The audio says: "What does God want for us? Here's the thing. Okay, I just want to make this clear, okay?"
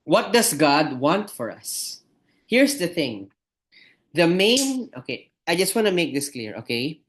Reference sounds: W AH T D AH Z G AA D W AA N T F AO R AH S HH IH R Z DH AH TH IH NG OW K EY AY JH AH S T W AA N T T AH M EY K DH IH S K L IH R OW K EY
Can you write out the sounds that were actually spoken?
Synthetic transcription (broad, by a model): W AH T D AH S G AA D W AA N T F AO R AH S HH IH R S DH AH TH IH NG OW K EY AY JH AH S T W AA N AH M EY K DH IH S K L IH R OW K EY